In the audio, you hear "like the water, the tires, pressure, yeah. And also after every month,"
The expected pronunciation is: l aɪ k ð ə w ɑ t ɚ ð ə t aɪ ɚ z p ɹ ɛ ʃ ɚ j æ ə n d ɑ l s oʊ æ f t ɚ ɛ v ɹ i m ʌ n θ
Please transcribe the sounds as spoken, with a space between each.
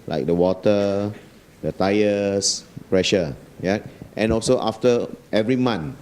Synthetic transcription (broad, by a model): l aɪ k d ə w ɑ t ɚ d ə t aɪ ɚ s p ɹ ɛ ʃ ɚ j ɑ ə n ɑ l s oʊ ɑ f t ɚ ɛ v ɹ i m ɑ n